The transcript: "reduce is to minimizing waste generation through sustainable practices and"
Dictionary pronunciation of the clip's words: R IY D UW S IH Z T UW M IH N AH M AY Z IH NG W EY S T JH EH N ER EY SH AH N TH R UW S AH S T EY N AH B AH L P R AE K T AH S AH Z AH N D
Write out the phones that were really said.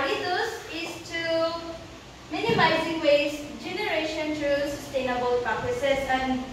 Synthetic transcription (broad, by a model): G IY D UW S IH S T UW M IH N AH M AY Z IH NG W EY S JH EH N ER EY SH AH N T R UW S AH S T EY N AH B AH L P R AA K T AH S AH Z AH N